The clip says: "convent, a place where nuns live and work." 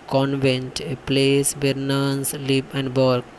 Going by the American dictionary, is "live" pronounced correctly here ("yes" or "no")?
no